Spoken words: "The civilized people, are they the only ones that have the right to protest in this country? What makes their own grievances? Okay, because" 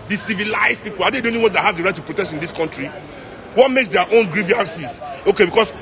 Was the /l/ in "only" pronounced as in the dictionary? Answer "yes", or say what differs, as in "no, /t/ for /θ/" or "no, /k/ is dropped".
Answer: no, /l/ is dropped